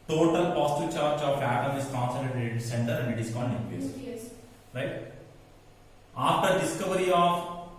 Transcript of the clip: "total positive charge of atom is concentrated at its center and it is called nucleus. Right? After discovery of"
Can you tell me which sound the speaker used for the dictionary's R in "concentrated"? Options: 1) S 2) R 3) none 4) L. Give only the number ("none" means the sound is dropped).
3